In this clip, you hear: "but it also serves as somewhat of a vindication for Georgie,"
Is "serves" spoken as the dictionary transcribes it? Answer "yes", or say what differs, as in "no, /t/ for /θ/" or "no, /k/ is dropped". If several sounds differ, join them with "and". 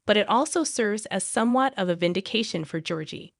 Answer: yes